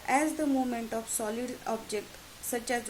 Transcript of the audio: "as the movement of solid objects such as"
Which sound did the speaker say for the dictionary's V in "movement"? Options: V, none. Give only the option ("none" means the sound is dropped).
none